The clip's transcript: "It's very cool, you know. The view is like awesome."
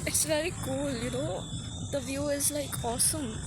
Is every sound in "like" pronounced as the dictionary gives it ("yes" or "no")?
yes